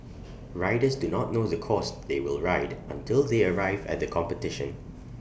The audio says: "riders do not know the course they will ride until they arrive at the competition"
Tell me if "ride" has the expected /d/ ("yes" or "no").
yes